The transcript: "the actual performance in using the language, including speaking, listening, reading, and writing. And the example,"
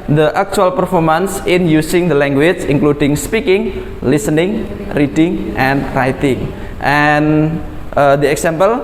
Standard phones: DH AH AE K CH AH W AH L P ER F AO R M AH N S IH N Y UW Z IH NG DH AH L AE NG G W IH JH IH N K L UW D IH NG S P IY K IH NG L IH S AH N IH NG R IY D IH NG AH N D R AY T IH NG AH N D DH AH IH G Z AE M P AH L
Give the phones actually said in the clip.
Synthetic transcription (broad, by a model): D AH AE K CH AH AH L P ER F AO R M AH N S IH N Y UW S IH NG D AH L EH NG G W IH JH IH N K L UW D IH NG S P IY K IH NG L IH S AH N IH NG R IY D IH NG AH N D R AY T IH NG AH N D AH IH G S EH M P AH L